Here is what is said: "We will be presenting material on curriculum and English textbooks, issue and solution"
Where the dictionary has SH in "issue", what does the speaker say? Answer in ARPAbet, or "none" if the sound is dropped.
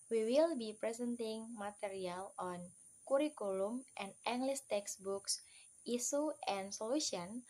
S